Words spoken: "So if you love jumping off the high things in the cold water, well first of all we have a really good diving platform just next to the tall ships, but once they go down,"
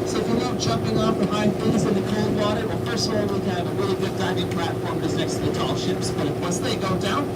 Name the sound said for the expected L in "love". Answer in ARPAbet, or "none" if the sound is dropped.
N